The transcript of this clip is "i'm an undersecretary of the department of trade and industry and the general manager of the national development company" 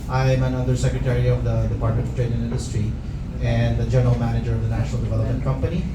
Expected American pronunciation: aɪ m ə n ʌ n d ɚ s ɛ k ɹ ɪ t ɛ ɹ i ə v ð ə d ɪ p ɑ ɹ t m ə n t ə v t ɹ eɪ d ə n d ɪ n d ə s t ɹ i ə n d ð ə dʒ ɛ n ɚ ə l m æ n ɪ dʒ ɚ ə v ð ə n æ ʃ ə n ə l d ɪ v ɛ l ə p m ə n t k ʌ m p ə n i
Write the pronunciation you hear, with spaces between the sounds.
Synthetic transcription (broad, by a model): aɪ m ə n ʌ d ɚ s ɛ k ɹ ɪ t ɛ ɹ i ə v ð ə d ɪ p ɑ ɹ t m ə n t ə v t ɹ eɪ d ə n ɪ n d ə s t ɹ i ə n d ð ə dʒ ɛ n ɚ ə l m æ n ɪ dʒ ɚ ə v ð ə n æ ʃ ə n ə l d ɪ v ɛ l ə p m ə n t k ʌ m p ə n i